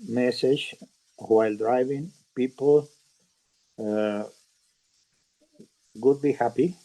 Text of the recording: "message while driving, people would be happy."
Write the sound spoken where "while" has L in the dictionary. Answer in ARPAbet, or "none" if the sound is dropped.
L